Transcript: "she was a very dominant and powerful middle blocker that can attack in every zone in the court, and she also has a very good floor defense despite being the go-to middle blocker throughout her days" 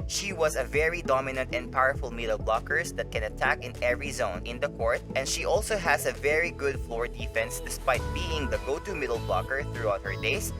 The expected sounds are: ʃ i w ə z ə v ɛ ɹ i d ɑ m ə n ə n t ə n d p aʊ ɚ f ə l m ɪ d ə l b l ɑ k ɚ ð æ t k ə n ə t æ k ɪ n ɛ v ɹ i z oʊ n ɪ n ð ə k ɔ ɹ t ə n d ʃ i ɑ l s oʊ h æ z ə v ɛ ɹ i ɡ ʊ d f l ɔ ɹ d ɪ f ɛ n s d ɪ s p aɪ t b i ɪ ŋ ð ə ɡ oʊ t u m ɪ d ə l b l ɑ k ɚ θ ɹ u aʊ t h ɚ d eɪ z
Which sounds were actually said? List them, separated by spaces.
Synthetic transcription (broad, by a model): ʃ i w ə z ə v ɛ ɹ i d ɑ m ə n ə n t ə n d p aʊ ɚ f ə l m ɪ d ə l b l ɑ k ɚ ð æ t k ə n ə t æ k ɪ n ɛ v ɹ i z oʊ n ɪ n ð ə k ɔ ɹ t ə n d ʃ i ɑ l s oʊ h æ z ə v ɛ ɹ i ɡ ʊ d f l ɔ ɹ d ɪ f ɛ n s d ɪ s p aɪ t b i ɪ ŋ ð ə ɡ oʊ t u m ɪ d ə l b l ɑ k ɚ θ ɹ u aʊ t h ɚ d eɪ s